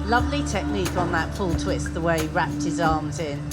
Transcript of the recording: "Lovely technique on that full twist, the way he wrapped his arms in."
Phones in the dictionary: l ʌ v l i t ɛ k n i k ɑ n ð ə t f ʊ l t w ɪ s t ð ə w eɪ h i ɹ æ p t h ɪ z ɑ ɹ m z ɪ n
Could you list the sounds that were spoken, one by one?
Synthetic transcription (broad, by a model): l ʌ v l i t ɛ k n i k n ð ə t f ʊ l t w ɪ s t ð ə w eɪ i ɹ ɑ p t h ɪ z ɑ m z ɪ n